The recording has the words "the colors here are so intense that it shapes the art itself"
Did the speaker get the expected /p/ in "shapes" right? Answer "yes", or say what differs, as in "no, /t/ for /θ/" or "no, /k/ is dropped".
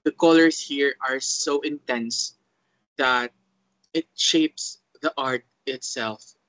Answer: yes